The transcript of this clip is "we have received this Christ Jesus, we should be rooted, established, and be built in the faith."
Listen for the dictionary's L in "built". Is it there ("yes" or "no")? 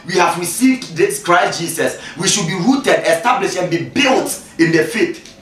yes